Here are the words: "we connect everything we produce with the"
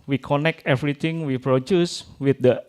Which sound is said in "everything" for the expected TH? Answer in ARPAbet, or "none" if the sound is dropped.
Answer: T